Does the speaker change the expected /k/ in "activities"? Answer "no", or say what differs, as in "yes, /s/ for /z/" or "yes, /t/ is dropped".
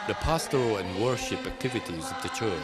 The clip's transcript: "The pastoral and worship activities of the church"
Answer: no